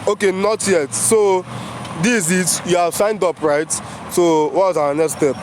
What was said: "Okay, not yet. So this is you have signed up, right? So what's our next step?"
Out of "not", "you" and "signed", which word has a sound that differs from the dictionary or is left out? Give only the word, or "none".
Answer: none